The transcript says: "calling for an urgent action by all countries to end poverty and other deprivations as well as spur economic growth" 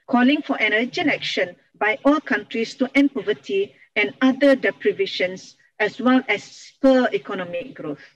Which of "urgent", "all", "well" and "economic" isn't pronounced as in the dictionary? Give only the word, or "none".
urgent